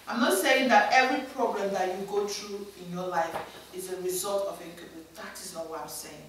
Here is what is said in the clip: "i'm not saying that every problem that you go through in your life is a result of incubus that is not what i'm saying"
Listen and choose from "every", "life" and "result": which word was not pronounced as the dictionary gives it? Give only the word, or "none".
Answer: none